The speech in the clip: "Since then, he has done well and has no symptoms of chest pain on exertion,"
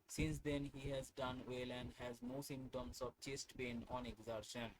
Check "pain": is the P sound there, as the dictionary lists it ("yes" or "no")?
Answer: no